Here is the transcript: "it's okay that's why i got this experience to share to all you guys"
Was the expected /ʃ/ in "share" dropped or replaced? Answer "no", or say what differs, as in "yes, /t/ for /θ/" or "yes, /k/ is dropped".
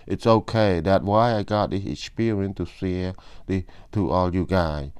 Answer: yes, /s/ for /ʃ/